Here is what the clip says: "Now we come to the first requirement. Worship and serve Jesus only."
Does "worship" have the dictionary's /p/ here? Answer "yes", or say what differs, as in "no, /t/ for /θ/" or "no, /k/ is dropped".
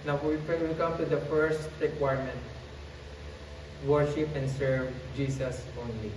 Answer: yes